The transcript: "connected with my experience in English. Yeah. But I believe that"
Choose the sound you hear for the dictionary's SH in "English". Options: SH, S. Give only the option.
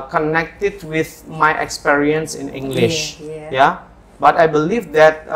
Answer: SH